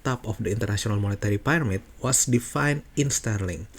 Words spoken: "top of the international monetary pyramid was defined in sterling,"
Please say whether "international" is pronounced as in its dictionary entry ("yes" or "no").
no